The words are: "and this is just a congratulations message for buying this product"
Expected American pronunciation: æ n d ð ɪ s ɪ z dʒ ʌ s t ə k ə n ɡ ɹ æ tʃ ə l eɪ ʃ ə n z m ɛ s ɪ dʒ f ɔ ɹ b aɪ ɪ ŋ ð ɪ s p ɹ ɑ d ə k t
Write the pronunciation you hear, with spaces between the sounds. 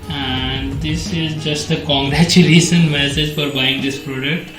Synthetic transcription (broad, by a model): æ n d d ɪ s ɪ z dʒ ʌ s t ə k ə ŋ ɡ ɹ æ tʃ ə l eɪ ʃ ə n m ɛ s ɪ dʒ f ɔ ɹ b aɪ ɪ ŋ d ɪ s p ɹ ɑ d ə k t